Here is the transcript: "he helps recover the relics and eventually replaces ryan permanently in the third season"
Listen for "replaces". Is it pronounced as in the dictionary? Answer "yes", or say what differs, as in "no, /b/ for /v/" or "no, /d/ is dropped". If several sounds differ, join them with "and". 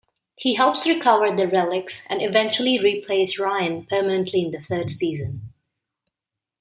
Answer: no, /s/ is dropped and /s/ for /z/